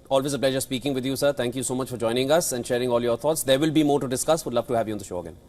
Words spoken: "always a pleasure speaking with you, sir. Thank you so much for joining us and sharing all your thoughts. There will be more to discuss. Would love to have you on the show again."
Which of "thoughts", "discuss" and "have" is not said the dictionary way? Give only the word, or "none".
thoughts